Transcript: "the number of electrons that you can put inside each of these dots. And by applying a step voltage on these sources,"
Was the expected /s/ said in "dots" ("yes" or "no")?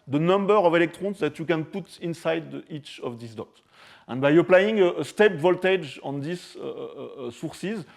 no